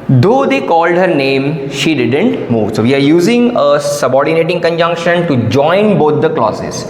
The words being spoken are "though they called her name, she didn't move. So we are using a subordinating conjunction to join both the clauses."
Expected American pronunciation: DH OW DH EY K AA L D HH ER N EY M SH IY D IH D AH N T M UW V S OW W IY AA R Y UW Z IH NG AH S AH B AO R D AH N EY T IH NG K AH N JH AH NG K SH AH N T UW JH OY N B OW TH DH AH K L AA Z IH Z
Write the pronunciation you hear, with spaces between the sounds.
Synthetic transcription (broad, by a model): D OW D EY K AA L D HH ER N EY M SH IY D IH D AH N T M UW V S OW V IY AA R Y UW Z IH NG AH S AH B AO R D AH N EY T IH NG K AH N JH AH NG K SH AH N T UW JH OY N B OW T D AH K L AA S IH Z